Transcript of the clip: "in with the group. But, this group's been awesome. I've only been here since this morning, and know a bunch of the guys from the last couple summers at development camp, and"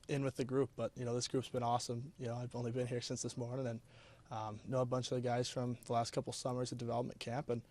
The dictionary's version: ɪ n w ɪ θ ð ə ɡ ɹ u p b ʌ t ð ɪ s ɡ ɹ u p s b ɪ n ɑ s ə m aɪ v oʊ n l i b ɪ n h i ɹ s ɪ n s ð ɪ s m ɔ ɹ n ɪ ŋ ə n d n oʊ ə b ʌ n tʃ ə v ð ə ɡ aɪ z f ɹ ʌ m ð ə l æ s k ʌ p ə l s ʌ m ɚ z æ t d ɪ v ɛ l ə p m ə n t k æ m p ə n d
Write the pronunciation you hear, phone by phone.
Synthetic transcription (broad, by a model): ɪ n w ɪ ð ə ɡ ɹ u p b ʌ t ð ɪ s ɡ ɹ u p s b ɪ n ɑ s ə m aɪ v oʊ n l i b ɪ n h i ɹ s ɪ n s ð ɪ s m ɔ ɹ n ɪ ŋ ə n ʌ n oʊ ə b ʌ n tʃ ə v ð ə ɡ aɪ z f ɹ ʌ m ð ə l æ s k ʌ p l s ʌ m ɚ z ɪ d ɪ v ɛ l ə p m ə n k æ m p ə n